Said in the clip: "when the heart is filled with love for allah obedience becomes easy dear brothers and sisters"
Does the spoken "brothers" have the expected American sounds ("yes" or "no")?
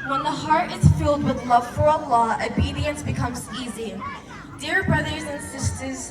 yes